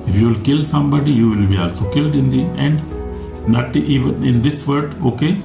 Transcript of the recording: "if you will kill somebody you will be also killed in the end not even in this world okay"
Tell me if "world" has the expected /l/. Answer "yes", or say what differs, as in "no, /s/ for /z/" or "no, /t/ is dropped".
no, /l/ is dropped